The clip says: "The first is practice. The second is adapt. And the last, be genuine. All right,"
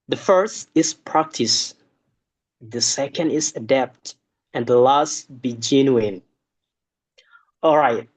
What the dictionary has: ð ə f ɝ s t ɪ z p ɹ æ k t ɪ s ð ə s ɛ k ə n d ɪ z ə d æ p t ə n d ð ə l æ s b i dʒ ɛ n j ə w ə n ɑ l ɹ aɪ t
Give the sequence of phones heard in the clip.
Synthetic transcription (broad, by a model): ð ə f ɝ s t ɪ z p ɹ æ k t ɪ s ð ə s ɛ k ə n d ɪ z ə d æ p t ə n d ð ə l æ s b i dʒ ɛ n j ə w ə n ɑ l ɹ aɪ t